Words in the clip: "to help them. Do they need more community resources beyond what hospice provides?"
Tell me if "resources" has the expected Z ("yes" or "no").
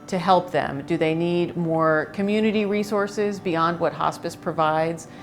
yes